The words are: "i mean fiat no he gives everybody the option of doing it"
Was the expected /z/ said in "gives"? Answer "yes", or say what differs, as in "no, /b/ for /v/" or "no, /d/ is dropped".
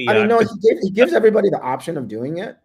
yes